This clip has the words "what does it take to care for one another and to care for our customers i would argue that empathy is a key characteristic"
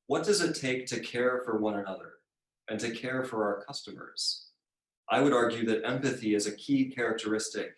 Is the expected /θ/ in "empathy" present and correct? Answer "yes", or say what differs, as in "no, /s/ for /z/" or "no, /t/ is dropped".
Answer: yes